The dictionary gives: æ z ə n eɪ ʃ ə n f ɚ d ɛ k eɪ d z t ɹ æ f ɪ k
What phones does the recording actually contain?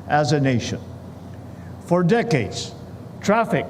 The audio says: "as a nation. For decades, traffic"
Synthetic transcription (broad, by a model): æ z ə n eɪ ʃ ə n f ɚ d ɛ k eɪ d z t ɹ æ f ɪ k